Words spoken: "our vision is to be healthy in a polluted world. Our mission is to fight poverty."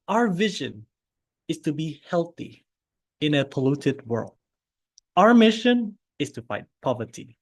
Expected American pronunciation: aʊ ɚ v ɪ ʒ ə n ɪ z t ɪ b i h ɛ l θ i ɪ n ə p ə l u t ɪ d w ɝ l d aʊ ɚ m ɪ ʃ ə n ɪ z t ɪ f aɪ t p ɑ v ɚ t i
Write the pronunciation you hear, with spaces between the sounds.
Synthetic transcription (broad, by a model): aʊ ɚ v ɪ ʒ ə n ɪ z t ɪ b i h ɛ l θ i ɪ n ə p ə l u t ɪ d w ɝ l d aʊ ɚ m ɪ ʃ ə n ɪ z t ɪ f aɪ t p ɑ v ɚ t i